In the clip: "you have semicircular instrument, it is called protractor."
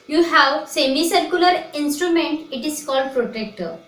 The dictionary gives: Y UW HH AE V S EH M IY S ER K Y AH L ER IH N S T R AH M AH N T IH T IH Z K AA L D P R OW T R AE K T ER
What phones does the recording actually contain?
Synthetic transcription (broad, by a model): Y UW HH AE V S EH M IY S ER K Y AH L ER IH N S T R AH M AH N T IH T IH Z K AA L D P R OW T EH K T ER